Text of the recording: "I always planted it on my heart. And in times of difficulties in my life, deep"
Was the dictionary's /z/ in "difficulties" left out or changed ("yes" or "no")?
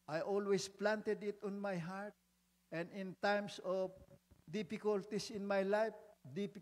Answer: yes